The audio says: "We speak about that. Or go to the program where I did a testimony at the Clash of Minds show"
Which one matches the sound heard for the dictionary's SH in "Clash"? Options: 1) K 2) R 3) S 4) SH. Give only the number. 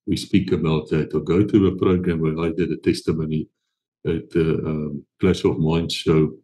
3